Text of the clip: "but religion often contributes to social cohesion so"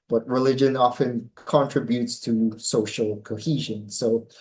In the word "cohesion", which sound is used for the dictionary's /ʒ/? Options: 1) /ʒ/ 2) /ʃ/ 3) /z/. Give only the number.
1